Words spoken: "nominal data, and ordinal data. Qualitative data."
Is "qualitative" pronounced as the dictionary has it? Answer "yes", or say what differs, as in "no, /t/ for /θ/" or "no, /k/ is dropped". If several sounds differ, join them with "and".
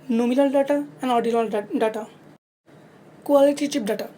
no, /p/ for /v/